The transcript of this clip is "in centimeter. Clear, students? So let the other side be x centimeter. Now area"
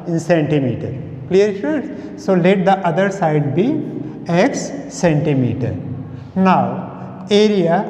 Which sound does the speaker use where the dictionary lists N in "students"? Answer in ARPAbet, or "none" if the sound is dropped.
none